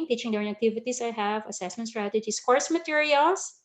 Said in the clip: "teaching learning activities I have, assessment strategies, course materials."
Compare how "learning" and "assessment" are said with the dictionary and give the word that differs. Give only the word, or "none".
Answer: learning